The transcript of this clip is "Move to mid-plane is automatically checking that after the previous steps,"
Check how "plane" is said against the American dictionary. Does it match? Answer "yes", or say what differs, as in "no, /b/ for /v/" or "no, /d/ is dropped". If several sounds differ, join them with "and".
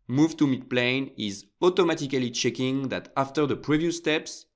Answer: yes